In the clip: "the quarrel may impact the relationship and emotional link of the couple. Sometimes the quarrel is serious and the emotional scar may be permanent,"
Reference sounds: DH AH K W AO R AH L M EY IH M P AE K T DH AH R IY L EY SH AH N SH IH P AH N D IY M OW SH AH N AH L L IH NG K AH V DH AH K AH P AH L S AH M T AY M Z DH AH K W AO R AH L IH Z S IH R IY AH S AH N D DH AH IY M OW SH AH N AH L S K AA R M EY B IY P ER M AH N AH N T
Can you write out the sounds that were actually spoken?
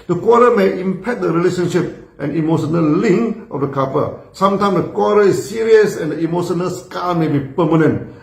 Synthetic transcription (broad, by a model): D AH K W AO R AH M EY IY M P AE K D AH R IY L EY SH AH N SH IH P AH N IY M OW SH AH N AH L L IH NG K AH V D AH K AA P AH S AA M T AY M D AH K W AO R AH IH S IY R IY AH S AH N D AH IY M OW SH AH N AH L S K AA L M EY B IY P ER M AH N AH N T